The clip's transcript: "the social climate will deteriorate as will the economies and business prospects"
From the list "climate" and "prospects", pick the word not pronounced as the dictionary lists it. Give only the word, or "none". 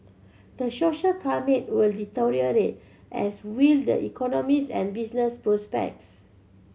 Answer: climate